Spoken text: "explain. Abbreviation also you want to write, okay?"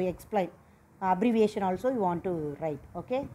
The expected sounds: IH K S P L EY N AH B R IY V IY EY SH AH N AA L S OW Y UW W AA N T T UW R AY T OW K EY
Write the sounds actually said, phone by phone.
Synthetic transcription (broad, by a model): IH K S P L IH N AH B R IY V IY EY SH AH N AA L S OW Y UW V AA N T T UW R AY T OW K EY